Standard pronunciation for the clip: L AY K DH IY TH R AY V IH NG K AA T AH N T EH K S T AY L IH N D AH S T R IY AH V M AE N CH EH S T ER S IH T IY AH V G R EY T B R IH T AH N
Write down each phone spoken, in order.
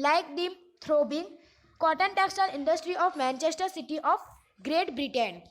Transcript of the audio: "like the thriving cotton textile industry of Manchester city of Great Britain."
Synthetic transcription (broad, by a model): L AY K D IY T R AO B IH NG K AA T AH N T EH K S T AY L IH N D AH S T R IY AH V M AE N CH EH S T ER S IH T IY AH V G R EY T B R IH T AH N